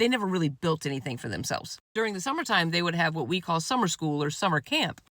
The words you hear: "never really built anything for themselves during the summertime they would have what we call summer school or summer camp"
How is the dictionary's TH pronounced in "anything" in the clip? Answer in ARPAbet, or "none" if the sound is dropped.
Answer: TH